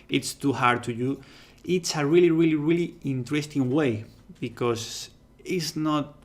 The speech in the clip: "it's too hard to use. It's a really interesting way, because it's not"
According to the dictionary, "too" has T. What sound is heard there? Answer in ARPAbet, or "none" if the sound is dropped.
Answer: T